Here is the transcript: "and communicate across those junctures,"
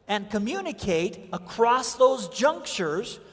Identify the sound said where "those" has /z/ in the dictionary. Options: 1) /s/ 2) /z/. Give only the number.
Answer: 2